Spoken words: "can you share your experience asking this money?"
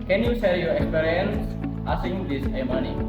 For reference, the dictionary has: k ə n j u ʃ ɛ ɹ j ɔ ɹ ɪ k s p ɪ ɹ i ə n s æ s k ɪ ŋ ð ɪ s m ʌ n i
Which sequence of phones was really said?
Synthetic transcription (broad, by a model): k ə n j u s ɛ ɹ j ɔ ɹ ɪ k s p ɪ ɹ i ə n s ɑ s ɪ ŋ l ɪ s m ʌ n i